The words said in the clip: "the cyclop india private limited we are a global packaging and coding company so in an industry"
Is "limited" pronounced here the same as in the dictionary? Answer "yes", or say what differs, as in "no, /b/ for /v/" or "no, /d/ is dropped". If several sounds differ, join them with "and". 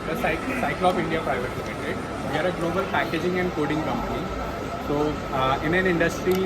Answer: no, /m/ is dropped